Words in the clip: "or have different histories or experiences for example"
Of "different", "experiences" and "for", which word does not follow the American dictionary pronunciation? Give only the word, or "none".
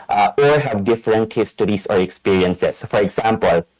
experiences